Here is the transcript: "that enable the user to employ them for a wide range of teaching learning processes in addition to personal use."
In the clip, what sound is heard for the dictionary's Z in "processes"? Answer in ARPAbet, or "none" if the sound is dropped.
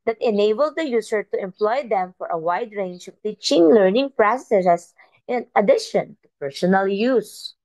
S